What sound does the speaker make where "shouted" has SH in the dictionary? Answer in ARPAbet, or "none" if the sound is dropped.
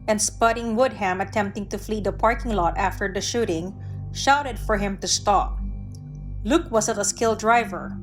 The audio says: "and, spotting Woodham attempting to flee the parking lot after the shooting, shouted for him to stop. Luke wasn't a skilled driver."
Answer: SH